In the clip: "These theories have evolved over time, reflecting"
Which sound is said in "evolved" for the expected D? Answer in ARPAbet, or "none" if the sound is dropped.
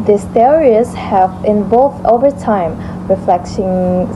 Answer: none